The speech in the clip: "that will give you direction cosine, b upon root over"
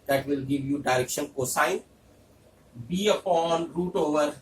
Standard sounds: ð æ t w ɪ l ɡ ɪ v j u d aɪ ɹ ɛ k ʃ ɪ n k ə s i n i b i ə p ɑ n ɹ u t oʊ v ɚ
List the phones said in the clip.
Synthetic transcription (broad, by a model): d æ t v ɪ l ɡ ɪ v j u d aɪ ɹ ɛ k ʃ ɪ n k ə s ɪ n b i ə p ɑ n ɹ u t oʊ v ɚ